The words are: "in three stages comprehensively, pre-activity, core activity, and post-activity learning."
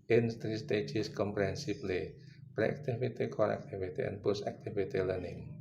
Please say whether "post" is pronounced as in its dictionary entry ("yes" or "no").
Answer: no